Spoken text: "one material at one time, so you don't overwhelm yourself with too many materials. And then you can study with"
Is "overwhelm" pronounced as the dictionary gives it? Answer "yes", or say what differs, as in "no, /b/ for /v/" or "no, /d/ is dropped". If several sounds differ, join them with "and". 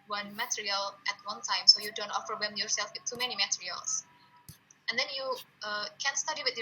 no, /f/ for /v/ and /l/ is dropped